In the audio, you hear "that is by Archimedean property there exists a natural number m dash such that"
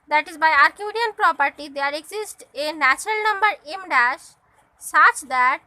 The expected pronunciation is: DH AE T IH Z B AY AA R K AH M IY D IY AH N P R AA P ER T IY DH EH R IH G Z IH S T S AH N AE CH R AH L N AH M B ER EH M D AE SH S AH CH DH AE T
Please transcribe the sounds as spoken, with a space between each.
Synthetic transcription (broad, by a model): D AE T IH Z B AY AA R K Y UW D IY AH N P R AA P ER T IY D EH R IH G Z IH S T AH N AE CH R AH L N AH M B ER EH M D AE SH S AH CH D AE T